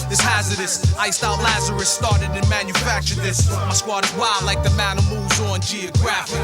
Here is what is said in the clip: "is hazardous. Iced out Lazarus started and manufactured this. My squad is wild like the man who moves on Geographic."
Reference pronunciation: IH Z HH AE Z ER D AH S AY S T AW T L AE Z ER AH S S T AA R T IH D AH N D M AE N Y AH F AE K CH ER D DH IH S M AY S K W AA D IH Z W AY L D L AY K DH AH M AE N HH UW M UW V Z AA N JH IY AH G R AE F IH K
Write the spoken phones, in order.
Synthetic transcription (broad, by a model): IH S HH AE Z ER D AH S AY S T AW T L AE Z ER AH S S T AA R T IH D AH N M AE N Y AH F AE K CH ER D DH IH S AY S K W AA D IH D W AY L L AY K DH AH M AE N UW M UW V Z N JH IY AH G R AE F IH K